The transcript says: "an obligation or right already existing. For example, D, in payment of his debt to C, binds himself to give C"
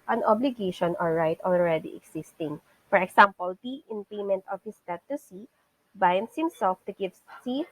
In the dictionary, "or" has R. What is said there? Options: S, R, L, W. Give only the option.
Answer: L